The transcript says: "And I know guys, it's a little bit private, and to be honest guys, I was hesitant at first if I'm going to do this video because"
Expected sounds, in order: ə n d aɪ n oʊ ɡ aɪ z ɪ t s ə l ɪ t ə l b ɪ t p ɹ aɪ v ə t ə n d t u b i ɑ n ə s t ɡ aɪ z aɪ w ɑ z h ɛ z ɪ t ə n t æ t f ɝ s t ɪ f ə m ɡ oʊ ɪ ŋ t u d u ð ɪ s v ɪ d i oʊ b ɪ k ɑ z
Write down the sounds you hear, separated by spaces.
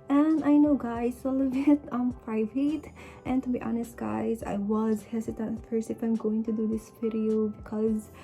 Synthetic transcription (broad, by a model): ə n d aɪ n oʊ ɡ aɪ z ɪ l ə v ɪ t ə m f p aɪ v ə t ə n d t u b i ɑ n ə s t ɡ aɪ z aɪ w ɑ z h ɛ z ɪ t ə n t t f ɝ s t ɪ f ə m ɡ oʊ ɪ ŋ t u d u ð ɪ s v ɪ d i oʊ b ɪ k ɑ z